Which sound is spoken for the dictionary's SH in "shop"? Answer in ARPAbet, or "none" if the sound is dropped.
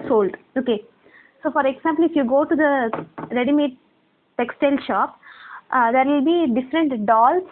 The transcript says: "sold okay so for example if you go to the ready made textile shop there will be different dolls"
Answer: SH